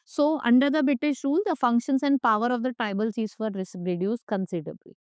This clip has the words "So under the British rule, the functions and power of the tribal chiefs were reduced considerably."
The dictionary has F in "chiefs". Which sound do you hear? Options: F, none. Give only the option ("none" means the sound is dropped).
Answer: none